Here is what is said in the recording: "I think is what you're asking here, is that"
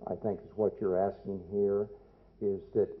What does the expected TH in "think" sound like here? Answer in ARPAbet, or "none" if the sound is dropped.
TH